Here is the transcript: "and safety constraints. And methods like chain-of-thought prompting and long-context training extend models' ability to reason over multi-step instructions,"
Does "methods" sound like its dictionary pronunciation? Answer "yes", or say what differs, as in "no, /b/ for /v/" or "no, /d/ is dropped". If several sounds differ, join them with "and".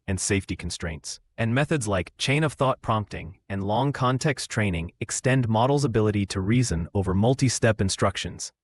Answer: yes